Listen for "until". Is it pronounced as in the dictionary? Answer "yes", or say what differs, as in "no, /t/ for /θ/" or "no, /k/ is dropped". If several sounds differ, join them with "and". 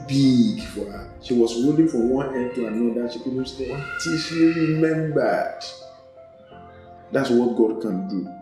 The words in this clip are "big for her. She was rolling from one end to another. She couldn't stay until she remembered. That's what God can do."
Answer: no, /n/ is dropped